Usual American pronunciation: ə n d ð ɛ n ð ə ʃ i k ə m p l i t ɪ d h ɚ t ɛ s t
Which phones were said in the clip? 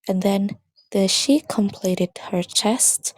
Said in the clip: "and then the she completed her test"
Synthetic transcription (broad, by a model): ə n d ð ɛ n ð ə ʃ i k ə m p l i t ɪ d h ɚ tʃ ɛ s t